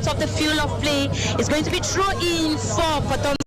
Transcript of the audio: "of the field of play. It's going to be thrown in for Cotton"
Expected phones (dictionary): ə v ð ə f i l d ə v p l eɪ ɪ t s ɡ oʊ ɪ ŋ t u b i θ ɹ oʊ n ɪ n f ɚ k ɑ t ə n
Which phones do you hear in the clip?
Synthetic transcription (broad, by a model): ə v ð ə f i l ə v p l eɪ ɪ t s ɡ oʊ ɪ ŋ t u b i t ɹ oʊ ɪ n f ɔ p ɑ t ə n